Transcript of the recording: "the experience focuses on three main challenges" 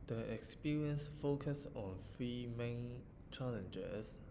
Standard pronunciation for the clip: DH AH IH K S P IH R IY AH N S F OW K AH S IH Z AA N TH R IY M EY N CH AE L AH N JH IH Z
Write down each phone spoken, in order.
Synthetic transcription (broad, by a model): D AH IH K S P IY R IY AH N S F OW K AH S AA N F R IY M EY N CH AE L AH N JH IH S